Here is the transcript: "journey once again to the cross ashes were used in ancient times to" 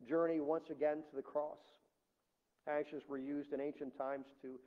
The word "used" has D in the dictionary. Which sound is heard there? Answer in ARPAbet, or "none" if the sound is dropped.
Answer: D